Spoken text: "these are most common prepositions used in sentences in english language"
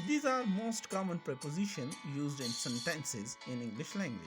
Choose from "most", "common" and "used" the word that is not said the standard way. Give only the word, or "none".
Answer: none